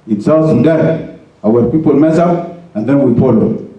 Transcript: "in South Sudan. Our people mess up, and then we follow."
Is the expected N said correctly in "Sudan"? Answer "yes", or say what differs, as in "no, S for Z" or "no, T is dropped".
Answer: no, N is dropped